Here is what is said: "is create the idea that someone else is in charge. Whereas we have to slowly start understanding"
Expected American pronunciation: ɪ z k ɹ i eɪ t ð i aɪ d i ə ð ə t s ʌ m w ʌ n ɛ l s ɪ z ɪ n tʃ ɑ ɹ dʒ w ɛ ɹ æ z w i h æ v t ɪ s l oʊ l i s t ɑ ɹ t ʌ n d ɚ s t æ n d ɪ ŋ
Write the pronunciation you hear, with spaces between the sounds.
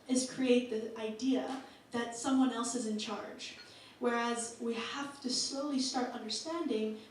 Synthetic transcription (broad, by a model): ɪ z k ɹ i eɪ t ð i aɪ d i ə ð ə t s ʌ m w ʌ n ɛ l s ɪ z ɪ n tʃ ɑ ɹ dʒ w ɛ ɹ æ z w i h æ f t ɪ s l oʊ l i s t ɑ ɹ t ʌ n d ɚ s t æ n d ɪ ŋ